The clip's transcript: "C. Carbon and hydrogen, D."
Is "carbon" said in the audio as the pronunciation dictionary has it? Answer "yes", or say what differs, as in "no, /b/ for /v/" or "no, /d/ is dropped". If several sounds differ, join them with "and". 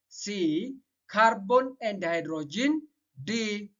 yes